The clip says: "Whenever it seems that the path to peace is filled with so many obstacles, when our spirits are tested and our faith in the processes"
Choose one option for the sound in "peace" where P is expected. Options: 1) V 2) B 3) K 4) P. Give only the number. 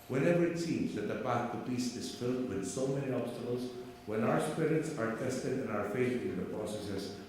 2